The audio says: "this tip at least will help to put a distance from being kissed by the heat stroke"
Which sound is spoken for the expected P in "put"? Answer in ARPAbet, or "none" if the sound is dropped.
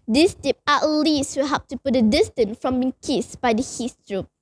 P